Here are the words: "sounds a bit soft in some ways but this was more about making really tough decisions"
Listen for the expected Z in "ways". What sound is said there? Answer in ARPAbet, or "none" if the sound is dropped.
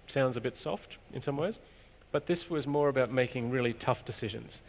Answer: Z